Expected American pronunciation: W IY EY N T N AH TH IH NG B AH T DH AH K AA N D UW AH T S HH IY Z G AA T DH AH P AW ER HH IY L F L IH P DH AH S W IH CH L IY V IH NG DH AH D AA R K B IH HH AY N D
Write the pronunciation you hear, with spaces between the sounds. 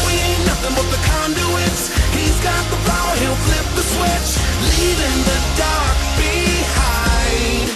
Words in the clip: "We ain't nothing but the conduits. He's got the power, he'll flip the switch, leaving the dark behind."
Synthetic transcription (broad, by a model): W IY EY T N AH TH IH NG B AH T DH AH K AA N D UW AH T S HH IY Z G AA T DH AH F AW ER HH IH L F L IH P DH AH S W IH CH L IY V IH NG DH AH D AA R K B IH HH AY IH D